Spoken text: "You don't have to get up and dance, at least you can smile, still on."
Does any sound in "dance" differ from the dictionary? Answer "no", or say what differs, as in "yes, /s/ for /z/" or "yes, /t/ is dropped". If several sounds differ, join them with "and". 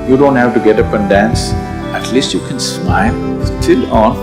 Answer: no